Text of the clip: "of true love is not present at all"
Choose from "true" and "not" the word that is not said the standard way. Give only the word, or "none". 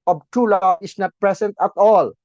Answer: true